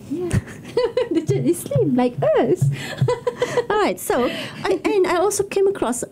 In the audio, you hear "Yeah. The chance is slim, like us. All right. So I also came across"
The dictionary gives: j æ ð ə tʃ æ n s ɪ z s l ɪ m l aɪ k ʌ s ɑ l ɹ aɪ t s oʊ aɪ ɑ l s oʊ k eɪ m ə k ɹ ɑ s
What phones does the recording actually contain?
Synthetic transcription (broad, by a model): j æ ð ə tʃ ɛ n ɪ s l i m l aɪ k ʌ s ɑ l ɹ aɪ t s oʊ aɪ ɑ l s oʊ k eɪ m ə k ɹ ɑ s